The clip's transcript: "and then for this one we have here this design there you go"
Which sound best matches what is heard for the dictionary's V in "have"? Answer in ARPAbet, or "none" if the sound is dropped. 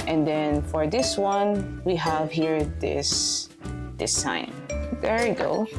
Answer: V